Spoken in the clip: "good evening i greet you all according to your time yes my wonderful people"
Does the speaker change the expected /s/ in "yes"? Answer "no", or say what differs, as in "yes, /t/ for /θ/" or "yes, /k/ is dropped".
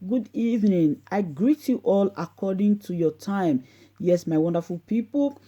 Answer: no